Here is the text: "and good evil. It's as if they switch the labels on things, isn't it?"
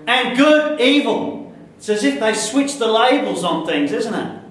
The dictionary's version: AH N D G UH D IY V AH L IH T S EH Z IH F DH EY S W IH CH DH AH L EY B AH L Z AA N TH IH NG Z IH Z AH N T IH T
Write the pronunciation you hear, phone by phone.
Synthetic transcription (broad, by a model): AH N G UH D IY V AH L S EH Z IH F DH EY S W IH CH DH AH L EY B L Z N TH IH NG Z IH Z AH N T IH T